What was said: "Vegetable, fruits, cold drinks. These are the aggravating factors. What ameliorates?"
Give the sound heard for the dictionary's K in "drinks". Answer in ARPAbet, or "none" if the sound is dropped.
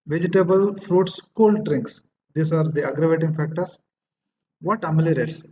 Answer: K